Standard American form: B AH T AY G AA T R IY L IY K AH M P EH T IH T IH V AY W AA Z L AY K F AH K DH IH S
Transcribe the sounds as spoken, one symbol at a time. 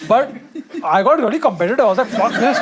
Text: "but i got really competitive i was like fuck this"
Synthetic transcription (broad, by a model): B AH T AY G AA T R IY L IY K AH M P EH T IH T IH IH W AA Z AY F AH K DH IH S